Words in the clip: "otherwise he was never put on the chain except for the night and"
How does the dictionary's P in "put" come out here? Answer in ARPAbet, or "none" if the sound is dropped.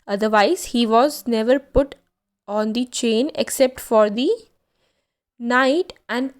P